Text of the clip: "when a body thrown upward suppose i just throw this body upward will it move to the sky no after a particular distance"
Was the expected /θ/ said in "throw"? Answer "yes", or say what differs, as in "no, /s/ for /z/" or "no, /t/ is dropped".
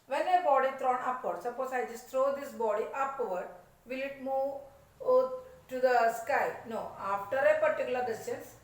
no, /t/ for /θ/